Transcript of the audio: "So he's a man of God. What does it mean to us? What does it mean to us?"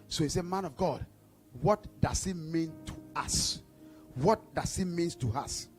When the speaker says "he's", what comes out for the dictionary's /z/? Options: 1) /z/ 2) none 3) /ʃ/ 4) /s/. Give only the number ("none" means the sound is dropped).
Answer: 4